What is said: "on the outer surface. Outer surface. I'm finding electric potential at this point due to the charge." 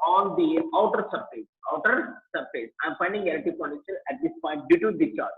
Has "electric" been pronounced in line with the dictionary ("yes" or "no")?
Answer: no